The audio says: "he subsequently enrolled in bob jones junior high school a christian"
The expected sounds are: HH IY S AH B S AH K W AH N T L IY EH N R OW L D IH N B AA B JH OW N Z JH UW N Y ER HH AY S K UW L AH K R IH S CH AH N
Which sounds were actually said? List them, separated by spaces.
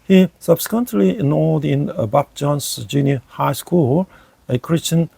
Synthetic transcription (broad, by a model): HH IY S AH B S AH K W AH N T L IY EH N OW D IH N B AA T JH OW N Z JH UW N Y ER HH AY S K UW L AH K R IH S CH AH N